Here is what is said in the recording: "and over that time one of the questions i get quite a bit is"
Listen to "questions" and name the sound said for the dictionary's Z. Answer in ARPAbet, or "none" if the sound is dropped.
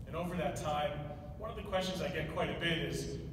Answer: Z